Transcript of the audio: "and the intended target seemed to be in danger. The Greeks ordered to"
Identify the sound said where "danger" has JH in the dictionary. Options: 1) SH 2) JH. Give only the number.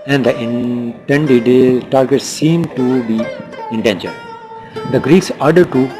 1